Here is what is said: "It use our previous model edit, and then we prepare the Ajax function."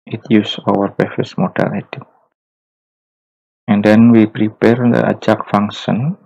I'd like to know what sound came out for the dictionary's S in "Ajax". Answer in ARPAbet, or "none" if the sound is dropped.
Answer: none